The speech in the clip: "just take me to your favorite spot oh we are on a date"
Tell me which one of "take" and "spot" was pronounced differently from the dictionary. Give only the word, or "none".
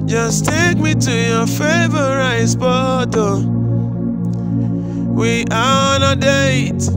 spot